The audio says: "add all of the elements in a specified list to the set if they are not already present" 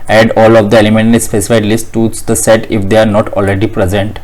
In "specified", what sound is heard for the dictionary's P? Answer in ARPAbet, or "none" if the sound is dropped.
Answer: F